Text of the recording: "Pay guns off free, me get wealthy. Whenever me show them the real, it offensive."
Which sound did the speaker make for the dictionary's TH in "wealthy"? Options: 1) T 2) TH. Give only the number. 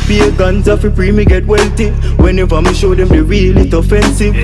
1